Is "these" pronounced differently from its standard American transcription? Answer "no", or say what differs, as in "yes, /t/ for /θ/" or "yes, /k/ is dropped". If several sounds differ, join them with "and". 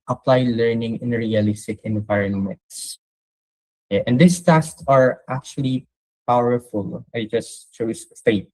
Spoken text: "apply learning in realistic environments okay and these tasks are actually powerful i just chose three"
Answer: yes, /s/ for /z/